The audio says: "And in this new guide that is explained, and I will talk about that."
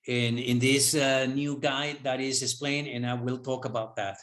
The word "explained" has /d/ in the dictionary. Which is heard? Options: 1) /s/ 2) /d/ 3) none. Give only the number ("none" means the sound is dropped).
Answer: 3